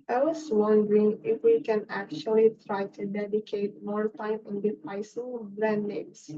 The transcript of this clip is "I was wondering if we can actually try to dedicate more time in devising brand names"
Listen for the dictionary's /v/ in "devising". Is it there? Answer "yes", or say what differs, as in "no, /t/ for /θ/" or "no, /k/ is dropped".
no, /p/ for /v/